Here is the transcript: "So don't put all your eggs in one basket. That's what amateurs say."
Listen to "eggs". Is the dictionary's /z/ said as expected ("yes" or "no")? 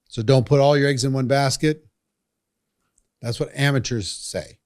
yes